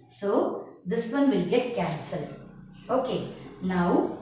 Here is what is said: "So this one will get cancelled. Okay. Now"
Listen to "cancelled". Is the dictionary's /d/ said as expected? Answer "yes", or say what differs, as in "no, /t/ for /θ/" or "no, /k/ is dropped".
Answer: no, /d/ is dropped